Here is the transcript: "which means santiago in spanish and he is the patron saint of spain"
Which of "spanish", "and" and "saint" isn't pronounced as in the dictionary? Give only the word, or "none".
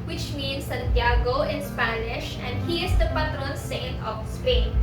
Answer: saint